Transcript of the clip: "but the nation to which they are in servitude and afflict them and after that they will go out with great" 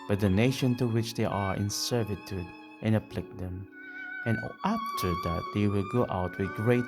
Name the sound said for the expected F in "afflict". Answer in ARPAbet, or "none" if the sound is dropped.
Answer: P